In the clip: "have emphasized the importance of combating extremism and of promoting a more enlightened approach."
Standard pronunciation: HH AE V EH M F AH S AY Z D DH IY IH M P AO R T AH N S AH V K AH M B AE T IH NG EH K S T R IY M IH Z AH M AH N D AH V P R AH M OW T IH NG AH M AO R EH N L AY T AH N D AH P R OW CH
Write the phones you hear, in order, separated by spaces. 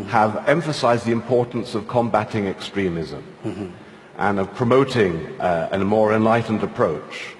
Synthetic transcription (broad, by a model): HH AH V EH M F AH S AY Z D DH IY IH M P AO R T N S AH V K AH M B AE T IH NG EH K S T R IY M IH Z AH M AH N AH V P R AH M OW T IH NG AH M AO R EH N L AY T N D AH P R OW CH